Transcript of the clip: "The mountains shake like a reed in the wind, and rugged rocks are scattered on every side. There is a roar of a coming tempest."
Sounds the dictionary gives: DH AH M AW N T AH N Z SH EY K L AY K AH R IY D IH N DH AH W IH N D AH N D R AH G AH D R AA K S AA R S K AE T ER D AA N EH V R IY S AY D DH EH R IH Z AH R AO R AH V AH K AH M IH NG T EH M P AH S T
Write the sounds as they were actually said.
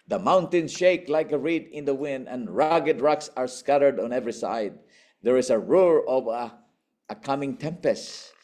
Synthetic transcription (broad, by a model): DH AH M AW N T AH N SH EY K L AY K AH R IY D IH N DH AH W IH N D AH N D R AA G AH D R AA K S AA R S K AE T ER D AA N EH V R IY S AY D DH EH R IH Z AH R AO R AH V AH K AH M IH NG T EH M P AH S T